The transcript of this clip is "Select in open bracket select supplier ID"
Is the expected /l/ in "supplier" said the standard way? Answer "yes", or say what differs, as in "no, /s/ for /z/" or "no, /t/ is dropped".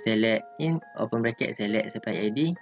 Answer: no, /l/ is dropped